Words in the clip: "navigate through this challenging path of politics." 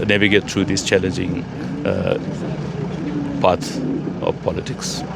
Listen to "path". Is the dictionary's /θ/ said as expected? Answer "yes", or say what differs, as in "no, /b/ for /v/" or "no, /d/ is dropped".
no, /t/ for /θ/